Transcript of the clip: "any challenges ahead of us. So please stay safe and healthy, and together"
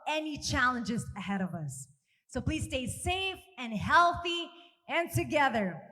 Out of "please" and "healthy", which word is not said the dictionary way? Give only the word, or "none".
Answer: none